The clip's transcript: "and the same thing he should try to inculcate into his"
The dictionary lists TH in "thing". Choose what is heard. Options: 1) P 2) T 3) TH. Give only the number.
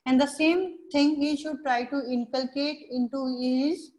2